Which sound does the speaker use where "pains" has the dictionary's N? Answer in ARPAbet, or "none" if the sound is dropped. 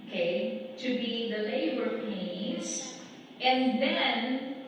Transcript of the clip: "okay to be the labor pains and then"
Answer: none